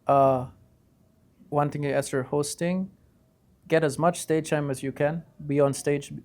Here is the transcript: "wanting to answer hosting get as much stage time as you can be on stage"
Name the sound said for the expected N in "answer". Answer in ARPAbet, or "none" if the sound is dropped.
none